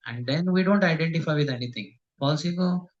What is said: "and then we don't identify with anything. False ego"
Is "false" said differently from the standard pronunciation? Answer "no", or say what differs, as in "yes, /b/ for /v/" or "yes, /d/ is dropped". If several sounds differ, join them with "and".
yes, /p/ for /f/